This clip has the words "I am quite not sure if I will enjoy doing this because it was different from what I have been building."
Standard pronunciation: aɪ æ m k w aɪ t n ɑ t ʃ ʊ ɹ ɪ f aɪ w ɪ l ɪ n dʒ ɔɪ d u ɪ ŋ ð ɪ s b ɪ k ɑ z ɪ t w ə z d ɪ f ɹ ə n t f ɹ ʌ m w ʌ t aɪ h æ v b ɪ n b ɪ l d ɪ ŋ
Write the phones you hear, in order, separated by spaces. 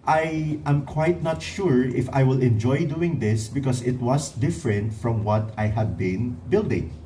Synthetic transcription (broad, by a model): aɪ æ m k w aɪ t n ɑ t ʃ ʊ ɹ ɪ f aɪ w ɪ l ɪ n dʒ ɔɪ d u ɪ ŋ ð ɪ s b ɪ k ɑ s ɪ t w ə s d ɪ f ɹ ə n t f ɹ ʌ m w ʌ t aɪ h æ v b ɪ n b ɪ l d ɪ ŋ